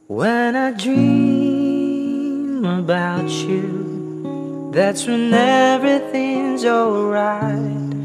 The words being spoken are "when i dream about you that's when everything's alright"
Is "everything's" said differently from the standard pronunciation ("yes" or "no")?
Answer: no